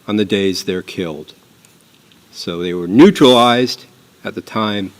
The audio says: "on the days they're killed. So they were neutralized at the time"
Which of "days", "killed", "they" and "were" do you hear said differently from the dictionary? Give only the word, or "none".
none